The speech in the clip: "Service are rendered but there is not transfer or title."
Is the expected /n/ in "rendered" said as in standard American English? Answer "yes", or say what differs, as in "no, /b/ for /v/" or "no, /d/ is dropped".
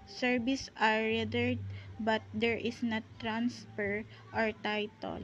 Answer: no, /n/ is dropped